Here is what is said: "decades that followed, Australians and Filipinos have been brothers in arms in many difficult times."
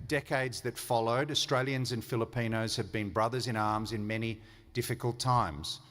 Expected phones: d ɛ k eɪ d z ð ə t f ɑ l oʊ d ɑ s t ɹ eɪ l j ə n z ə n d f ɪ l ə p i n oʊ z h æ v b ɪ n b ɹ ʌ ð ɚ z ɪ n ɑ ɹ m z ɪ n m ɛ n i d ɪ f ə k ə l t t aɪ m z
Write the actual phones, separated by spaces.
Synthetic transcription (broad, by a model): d ɛ k eɪ d z ð ə t f ɑ l oʊ d ɑ s t ɹ eɪ l j ə n z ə n f ɪ l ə p i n oʊ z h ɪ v b ɪ n b ɹ ʌ ð ɚ z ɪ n ɑ ɹ m z ɪ n m ɛ n i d ɪ f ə k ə l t t aɪ m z